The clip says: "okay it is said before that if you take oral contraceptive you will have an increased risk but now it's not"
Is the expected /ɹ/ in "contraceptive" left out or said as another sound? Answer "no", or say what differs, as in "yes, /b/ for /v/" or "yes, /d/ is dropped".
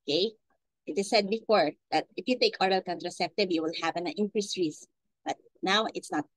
no